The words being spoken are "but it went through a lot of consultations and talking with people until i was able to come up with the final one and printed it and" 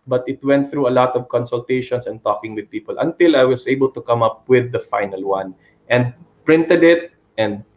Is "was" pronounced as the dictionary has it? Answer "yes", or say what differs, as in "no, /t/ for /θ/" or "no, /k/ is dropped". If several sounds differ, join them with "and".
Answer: no, /s/ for /z/